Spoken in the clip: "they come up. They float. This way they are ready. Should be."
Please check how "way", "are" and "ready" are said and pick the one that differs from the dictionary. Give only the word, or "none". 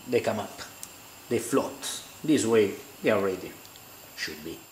are